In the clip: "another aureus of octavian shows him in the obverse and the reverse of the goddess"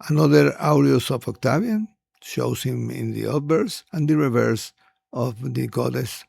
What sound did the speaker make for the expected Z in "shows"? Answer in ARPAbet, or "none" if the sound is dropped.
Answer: S